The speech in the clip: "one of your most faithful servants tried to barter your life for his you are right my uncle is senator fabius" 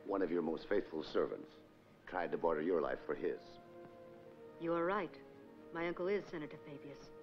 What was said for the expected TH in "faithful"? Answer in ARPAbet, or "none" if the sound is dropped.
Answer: TH